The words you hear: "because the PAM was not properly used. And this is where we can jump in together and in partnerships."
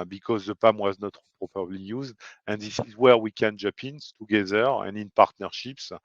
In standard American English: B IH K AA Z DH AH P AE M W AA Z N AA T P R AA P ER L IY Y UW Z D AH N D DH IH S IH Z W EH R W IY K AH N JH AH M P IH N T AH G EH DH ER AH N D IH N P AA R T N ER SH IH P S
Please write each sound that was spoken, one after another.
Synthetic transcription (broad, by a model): B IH K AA Z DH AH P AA M W AA Z N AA T P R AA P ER L IY Y UW Z D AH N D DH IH S IH Z W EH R W IY K AH N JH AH P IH N T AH G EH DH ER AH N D IH N P AA R T N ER SH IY P S